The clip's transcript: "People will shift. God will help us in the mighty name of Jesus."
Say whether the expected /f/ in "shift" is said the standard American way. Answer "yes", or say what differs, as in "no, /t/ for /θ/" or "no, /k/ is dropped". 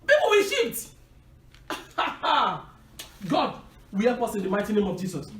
no, /f/ is dropped